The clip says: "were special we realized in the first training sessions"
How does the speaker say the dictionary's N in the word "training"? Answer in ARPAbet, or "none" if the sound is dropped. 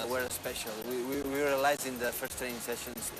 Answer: none